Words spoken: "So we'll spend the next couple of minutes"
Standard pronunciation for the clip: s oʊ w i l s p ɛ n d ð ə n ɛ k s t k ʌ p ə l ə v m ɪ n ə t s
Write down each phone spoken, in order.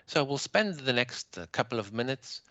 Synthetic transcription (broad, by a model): s oʊ w i l s p ɛ n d ð ə n ɛ k s t k ʌ p l ə v m ɪ n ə t s